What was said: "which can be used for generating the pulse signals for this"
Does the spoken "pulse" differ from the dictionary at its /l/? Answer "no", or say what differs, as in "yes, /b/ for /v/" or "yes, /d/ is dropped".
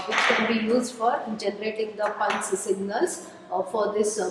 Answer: yes, /n/ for /l/